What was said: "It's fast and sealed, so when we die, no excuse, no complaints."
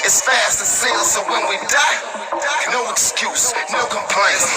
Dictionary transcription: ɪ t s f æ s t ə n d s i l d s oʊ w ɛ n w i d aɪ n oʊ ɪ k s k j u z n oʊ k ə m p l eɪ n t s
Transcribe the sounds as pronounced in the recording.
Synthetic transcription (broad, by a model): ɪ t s f æ s t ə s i l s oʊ w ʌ n w i d aɪ n oʊ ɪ k s k j u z n oʊ k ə m p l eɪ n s